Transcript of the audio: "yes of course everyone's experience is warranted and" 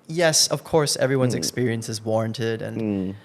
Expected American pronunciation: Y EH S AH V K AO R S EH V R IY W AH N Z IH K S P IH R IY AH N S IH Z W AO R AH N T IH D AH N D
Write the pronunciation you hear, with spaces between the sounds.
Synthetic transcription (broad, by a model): Y EH S AH V K AO R S EH V R IY W AH N Z IH K S P IH R IY AH N S IH Z W AO R AH N T IH D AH N